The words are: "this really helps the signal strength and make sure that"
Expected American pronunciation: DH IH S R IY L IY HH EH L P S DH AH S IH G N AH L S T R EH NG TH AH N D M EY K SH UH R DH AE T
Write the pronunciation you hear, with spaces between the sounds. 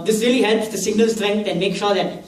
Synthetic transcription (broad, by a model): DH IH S R IY L IY HH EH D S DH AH S IH G N AH L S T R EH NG T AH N M EY K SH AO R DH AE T